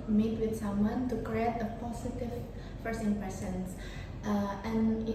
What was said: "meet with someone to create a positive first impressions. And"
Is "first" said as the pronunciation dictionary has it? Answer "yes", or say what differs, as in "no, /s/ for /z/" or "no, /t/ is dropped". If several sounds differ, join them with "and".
no, /t/ is dropped